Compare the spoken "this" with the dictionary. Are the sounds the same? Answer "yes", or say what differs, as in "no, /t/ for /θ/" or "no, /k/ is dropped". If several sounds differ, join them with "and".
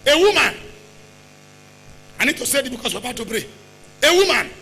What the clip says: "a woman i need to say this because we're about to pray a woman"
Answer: no, /s/ is dropped